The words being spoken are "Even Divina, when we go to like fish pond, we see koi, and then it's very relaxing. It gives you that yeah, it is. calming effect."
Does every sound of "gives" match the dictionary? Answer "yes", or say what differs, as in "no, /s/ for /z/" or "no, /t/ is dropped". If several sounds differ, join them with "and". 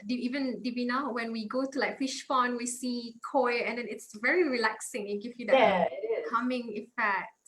no, /z/ is dropped